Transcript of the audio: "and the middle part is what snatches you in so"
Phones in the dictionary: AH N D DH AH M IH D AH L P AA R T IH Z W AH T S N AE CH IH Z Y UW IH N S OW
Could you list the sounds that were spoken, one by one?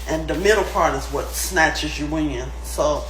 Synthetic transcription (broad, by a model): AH N DH AH M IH D L P AA R T IH Z W AH T S N AE CH IH Z Y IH IH N S OW